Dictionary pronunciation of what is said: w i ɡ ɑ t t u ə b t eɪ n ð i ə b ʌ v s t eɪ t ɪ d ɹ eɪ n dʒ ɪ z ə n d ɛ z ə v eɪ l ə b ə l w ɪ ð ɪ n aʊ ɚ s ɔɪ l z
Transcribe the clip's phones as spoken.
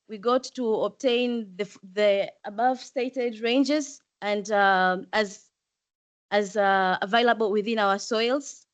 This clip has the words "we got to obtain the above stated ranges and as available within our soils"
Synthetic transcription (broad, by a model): w i ɡ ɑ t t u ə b t eɪ n ð i ə b ʌ v s t eɪ t ɪ d ɹ eɪ n dʒ ɪ z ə n d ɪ z ə v eɪ l ə b ə l w ɪ ð ɪ n aʊ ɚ s ɔɪ l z